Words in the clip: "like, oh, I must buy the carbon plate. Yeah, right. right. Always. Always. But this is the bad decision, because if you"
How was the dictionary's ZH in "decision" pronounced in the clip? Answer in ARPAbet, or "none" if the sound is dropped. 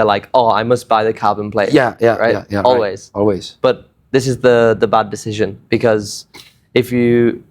ZH